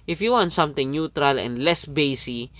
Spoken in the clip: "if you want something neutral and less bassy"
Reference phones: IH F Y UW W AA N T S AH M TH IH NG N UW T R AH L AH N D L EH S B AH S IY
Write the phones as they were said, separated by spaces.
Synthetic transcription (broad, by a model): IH F Y UW W AA N T S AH M T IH NG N UW T R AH L AH N D L EH S B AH S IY